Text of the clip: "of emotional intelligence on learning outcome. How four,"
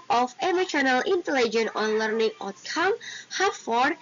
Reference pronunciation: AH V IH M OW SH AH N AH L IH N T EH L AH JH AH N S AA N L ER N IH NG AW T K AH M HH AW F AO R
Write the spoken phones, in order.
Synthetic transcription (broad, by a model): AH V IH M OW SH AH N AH L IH N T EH L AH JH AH N AA N L ER N IH NG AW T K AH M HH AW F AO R